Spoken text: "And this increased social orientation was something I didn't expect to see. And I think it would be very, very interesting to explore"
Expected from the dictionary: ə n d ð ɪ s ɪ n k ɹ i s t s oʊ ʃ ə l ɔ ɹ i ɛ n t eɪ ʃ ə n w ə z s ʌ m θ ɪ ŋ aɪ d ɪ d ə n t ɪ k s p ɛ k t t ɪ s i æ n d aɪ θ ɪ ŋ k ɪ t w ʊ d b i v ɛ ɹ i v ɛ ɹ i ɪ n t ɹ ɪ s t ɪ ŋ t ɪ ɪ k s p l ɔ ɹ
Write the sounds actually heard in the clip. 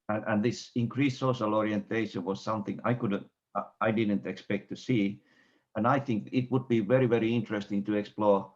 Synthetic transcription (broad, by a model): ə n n ð ɪ s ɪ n k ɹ i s s oʊ ʃ ə l ɔ ɹ i ɛ n t eɪ ʃ ə n w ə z s ʌ m θ ɪ ŋ aɪ d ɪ d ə n t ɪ k s p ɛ k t t ɪ s i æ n aɪ θ ɪ ŋ k ɪ t w ʊ d b i v ɛ ɹ i v ɛ ɹ i ɪ n t ɹ ɪ s t ɪ ŋ t ɪ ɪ k s p l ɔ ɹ